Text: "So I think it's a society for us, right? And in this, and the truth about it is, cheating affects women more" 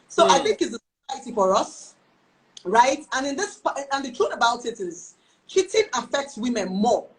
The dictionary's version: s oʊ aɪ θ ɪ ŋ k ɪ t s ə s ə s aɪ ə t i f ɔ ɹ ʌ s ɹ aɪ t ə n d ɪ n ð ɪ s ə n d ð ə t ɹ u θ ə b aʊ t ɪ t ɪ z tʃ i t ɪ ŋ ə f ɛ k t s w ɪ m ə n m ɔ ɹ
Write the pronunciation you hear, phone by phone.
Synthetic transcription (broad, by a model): s oʊ aɪ θ ɪ ŋ k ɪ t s ə s ə s aɪ ə t i f ɔ ɹ ʌ s ɹ aɪ t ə n ɪ n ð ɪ s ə n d ð ə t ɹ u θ ə b aʊ t ɪ t ɪ z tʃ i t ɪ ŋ ə f ɛ k t s w ɪ m ə n m ɔ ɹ